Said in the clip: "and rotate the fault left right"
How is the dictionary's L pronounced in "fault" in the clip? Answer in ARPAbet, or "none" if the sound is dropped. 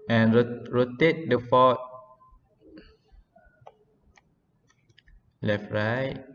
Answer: none